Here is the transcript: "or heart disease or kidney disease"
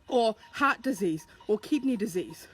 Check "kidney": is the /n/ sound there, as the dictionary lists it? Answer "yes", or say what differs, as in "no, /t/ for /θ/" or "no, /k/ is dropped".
yes